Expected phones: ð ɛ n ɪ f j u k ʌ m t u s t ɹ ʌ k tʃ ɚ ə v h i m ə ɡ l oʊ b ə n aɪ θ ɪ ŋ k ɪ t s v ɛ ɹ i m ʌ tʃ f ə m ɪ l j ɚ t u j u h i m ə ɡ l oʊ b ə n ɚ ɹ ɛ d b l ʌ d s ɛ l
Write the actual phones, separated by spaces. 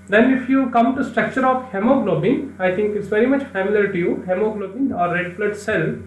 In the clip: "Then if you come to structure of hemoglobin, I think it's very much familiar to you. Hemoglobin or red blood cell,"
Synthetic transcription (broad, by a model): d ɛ n ɪ f j u k ʌ m t u s t ɹ ʌ k tʃ ɚ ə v h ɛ m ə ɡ l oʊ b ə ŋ aɪ t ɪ ŋ k ɪ t s v ɛ ɹ i m ʌ tʃ f ə m ɪ l j ɚ t u j u h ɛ m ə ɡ l oʊ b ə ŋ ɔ ɹ ɛ d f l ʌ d s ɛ l